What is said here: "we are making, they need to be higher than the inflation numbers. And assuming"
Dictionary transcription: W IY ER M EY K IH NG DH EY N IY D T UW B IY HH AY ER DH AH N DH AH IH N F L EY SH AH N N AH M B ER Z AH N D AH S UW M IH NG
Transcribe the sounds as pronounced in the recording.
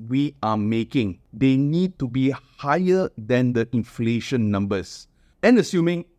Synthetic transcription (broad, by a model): W IY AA M EY K IH NG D EY N IY D T UW B IY HH AY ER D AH N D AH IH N F L EY SH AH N N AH M B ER S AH N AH S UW M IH NG